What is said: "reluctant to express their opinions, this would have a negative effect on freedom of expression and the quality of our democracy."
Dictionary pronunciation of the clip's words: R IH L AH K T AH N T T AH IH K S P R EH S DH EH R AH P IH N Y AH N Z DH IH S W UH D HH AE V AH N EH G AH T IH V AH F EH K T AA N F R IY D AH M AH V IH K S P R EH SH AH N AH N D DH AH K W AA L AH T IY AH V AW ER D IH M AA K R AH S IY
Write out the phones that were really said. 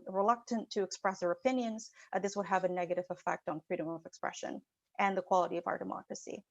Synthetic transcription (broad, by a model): R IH L AH K T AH N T T IH K S P R EH S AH R AH P IH N Y AH N Z DH IH S W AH D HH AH V AH N EH G AH T IH V AH F EH K T N F R IY D AH M AH V IH K S P R EH SH AH N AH N DH AH K W AA L AH T IY AH V AW ER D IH M AA K R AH S IY